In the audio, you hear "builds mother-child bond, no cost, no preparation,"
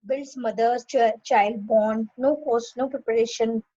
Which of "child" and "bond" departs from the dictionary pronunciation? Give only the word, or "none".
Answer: bond